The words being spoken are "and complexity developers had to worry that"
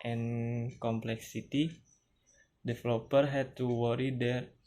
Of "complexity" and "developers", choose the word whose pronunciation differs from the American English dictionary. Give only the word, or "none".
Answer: developers